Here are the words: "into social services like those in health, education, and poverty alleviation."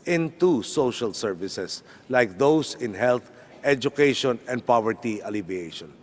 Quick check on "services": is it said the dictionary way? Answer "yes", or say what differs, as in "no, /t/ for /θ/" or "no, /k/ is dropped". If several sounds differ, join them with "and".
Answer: no, /s/ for /z/